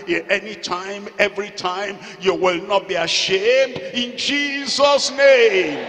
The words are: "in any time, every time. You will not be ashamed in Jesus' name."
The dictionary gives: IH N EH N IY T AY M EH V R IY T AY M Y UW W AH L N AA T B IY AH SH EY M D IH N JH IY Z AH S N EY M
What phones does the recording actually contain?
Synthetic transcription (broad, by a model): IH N EH N IY T AY M EH V R IY T AY M Y UW W AH L N AA T B IY AH SH EY M D IH N JH IY Z AH S N EY M